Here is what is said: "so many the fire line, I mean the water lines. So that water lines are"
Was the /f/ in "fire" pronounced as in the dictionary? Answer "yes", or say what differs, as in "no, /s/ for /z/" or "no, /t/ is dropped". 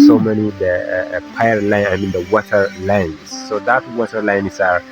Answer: no, /p/ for /f/